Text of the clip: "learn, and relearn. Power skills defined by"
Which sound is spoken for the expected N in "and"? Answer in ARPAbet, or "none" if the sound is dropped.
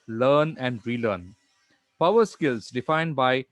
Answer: N